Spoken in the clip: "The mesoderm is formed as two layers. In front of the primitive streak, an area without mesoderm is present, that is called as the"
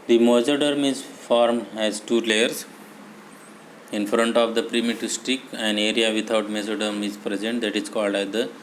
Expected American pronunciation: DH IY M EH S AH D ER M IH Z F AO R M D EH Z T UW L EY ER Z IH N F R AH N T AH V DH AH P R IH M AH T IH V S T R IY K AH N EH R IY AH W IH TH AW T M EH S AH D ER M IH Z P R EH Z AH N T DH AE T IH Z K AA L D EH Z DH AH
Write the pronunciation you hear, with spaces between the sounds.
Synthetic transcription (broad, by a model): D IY M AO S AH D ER M IH Z F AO R M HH EH Z T UW L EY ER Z IH N F R AH N T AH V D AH P R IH M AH T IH S T IY K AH N EH R IY AH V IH T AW T M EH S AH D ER M IH Z P R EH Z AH N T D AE T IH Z K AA L D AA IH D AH